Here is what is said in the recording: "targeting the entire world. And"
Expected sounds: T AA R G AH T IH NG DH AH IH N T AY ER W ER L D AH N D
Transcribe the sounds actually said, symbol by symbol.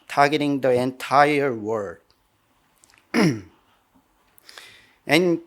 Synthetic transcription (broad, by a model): T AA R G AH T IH NG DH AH IH N T AY ER W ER D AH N